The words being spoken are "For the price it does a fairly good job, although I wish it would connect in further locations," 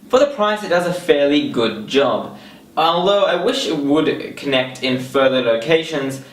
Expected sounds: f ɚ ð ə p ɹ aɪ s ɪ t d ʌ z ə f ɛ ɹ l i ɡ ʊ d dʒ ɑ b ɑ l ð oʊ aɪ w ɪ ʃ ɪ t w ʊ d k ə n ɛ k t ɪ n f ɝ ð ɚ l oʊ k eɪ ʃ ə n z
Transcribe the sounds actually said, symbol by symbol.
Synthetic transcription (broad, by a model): f ɚ ð ə p ɹ aɪ s ɪ t d ʌ z ə f ɛ ɹ l i ɡ ʊ d dʒ ɑ b ɑ l ð oʊ aɪ w ɪ ʃ ɪ t w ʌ d k ə n ɛ k t ɪ n f ɝ ð ɚ l oʊ k eɪ ʃ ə n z